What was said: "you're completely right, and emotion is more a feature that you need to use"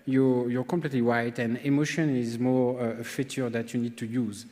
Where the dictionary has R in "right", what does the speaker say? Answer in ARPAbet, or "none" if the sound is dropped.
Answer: W